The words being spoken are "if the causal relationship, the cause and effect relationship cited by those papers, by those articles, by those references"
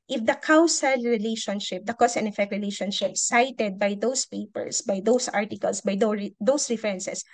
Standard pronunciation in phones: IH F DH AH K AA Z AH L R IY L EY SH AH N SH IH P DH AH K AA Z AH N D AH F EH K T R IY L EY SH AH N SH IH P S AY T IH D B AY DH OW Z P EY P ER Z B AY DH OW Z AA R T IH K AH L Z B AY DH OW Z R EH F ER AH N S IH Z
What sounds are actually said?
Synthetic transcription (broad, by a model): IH F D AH K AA S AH L R IY L EY SH AH N SH IH P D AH K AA S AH N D AH F EH K T R IY L EY SH AH N SH IH P S AY T IH D B AY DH OW S P EY P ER S B AY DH OW S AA R T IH K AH L S B AY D OW S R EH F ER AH N S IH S